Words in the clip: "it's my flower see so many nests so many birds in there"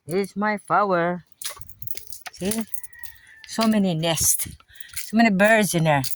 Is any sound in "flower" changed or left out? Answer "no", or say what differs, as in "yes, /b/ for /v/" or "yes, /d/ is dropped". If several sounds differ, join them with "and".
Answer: yes, /l/ is dropped